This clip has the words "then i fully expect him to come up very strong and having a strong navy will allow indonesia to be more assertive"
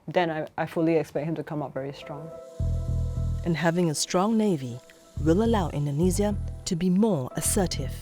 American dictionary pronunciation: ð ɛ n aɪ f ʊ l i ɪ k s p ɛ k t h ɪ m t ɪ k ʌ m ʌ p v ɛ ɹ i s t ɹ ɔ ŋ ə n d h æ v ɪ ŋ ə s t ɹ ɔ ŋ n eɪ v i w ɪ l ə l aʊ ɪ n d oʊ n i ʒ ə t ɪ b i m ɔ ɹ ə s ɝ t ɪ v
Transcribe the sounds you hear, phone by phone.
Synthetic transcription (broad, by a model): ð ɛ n aɪ f ʊ l i ɪ k s p ɛ k t h ɪ m t ɪ k ʌ m ʌ p v ɛ ɹ i s t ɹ ɔ ŋ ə n h æ v ɪ ŋ ə s t ɹ ɔ ŋ n eɪ v i w ɪ l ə l aʊ ɪ n d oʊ n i z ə t ɪ b i m ɔ ɹ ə s ɝ t ɪ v